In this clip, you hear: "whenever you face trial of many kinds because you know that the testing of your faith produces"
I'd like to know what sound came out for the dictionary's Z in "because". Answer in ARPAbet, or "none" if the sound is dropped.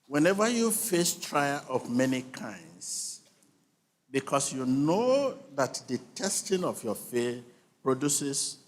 S